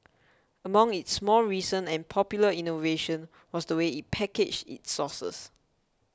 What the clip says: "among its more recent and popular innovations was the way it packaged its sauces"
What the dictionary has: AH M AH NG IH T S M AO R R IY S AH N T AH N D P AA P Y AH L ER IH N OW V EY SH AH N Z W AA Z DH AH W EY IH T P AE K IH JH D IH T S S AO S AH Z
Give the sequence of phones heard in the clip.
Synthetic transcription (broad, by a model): AH M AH NG IH T S M AO L R IY S AH N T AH N P AA P Y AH L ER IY N OW V EY SH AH N W AA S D AH W EY IH T P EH K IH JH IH T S S AO S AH S